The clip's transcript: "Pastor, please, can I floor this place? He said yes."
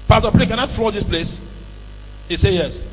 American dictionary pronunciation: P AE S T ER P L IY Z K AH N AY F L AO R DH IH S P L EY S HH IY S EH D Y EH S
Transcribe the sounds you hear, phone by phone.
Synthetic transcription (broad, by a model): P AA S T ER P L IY K AH N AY F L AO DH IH S P L EY S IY S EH Y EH S